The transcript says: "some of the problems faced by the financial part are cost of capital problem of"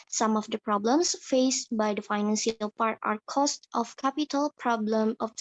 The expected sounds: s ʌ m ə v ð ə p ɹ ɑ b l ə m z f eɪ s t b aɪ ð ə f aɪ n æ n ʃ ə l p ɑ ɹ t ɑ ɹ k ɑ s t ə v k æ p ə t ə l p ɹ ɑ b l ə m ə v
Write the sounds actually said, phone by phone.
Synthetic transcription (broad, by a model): s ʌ m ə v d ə p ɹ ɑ b l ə m s f eɪ s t b aɪ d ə f aɪ n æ n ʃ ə l p ɑ ɹ t ɑ ɹ k ɑ s t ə f k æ p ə t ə l p ɹ ɑ b l ə m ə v